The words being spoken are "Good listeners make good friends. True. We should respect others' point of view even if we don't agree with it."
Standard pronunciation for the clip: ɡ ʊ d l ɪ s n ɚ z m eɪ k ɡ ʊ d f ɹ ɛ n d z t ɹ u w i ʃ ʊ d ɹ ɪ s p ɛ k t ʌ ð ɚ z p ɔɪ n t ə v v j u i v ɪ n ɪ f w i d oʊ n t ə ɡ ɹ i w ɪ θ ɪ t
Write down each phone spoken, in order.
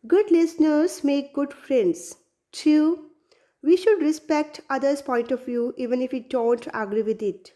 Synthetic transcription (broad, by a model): ɡ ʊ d l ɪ s n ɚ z m eɪ k ɡ ʊ d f ɹ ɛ n d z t u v i ʃ ʊ d ɹ ɪ s p ɛ k t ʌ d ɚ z p ɔɪ n t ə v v j u i v ɪ n ɪ f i d oʊ n t ə ɡ ɹ i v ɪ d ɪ t